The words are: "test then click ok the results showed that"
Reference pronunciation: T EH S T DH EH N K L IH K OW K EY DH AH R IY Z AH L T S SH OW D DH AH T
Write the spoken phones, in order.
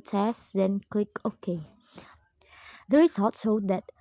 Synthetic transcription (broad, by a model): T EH S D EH N K L IH K OW K EY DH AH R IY S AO T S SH OW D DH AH T